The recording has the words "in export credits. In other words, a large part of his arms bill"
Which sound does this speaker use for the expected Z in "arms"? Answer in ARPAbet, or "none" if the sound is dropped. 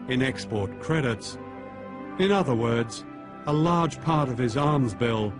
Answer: Z